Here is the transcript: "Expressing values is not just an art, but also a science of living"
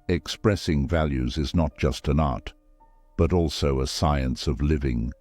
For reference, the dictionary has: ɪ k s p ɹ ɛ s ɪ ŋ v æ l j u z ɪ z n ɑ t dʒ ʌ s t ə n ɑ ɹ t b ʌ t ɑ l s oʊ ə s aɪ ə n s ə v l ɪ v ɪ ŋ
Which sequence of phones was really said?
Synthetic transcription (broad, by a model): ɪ k s p ɹ ɛ s ɪ ŋ v æ l j u z ɪ z n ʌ t dʒ ʌ s t ə n ɑ ɹ t b ʌ t ɑ l s oʊ ə s aɪ ə n s ə v l ɪ v ɪ ŋ